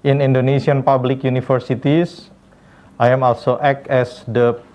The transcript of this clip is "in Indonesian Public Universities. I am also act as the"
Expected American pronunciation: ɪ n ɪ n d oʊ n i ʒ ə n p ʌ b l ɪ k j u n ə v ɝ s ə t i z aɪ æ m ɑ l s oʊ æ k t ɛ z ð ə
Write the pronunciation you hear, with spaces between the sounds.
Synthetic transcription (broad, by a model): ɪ n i n d oʊ n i s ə n p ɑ b l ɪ k j u n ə f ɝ s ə t i s aɪ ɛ m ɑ l s oʊ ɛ k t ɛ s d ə